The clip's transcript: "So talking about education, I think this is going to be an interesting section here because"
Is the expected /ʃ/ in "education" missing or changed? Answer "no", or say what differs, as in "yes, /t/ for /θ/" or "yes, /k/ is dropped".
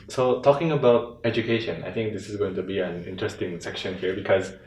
no